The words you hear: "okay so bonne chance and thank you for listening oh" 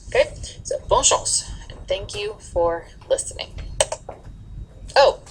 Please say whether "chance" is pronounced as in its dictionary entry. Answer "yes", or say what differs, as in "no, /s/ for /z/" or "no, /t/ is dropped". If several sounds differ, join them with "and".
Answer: no, /ʃ/ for /tʃ/ and /l/ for /n/